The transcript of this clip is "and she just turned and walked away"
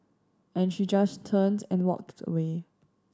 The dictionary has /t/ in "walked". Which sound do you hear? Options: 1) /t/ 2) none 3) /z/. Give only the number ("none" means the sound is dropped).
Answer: 1